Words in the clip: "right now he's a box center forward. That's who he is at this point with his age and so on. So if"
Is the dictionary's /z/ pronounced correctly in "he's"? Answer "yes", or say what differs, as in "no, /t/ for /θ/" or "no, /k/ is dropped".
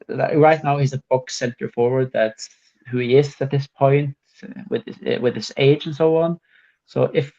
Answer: yes